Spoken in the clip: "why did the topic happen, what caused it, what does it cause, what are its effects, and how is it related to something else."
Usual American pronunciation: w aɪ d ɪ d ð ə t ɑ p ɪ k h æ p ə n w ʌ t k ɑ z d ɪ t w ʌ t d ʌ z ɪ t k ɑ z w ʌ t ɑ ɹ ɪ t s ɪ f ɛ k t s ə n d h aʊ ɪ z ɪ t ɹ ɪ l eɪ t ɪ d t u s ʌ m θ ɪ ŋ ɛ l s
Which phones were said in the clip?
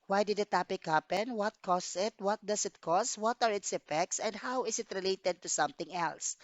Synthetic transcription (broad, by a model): w aɪ d ɪ d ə t ɑ p ɪ k h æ p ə n w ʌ t k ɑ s ɪ t w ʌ t d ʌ s ɪ t k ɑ s w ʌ t ɑ ɹ ɪ t s ɪ f ɛ k t s ə n d h aʊ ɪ s ɪ t ɹ ɪ l eɪ t ɪ d t u s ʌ m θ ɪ ŋ ɛ l s